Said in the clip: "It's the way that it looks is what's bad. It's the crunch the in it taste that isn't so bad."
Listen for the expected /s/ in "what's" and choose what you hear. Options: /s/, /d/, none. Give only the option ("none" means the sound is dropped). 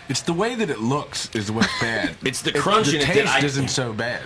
none